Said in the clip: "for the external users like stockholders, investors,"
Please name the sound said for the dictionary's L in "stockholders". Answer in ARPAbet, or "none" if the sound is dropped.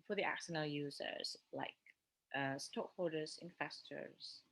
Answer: none